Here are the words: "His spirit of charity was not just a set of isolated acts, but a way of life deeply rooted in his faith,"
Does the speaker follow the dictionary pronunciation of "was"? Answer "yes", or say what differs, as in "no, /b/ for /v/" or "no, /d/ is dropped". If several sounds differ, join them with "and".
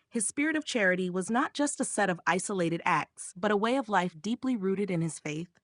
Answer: yes